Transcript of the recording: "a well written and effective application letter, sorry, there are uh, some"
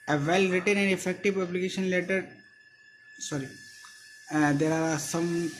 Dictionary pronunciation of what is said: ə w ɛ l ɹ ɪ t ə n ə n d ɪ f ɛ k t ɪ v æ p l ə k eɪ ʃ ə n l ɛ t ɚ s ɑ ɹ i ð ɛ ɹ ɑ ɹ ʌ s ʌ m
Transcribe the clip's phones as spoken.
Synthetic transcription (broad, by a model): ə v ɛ l ɹ ɪ t ə n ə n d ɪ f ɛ k t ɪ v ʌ b l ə k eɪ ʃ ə n l ɛ t ɚ s ɑ ɹ i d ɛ ɹ ɑ ɹ s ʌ m